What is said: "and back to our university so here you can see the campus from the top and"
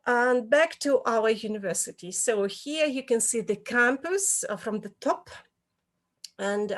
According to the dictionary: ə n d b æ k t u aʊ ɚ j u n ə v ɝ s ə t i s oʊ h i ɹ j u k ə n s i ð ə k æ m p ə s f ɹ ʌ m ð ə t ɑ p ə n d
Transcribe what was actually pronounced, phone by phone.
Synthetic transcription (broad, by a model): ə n b æ k t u aʊ ɚ j u n ə v ɝ s ə t i s oʊ h i ɹ j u k ə n s i ð ə k æ m p ə s f ɹ ʌ m ð ə t ɑ p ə n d